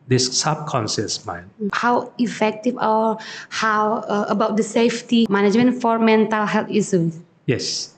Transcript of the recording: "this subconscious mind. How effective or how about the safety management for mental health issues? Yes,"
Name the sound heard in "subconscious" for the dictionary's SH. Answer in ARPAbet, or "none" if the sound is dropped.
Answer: S